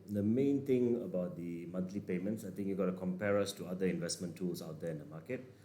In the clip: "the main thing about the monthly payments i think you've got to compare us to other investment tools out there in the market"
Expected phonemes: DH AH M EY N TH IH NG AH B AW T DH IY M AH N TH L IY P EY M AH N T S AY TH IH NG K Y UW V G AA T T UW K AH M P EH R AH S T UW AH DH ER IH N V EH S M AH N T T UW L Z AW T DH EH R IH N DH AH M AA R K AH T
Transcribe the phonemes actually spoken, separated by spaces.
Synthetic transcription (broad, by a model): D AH M EY N T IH NG AH B AW T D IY M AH N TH L IY P EY M AH N T S AY T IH NG K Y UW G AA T T UW K AH M P EH R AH S T UW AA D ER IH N V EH S M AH N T T UW L S AW T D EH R IH N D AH M AA K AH T